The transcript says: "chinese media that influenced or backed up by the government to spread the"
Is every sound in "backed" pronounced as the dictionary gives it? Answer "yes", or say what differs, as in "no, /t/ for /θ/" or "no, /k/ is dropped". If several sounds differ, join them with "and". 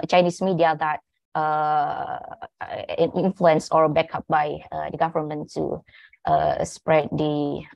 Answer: no, /t/ is dropped